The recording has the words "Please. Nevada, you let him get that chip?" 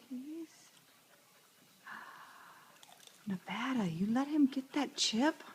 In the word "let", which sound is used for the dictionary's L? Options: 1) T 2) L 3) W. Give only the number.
2